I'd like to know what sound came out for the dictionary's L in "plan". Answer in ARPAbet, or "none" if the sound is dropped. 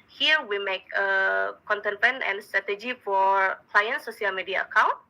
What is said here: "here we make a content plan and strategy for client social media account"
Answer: none